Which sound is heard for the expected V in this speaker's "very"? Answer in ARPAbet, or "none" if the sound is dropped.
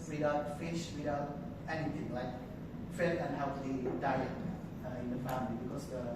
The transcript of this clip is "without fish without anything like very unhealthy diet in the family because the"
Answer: F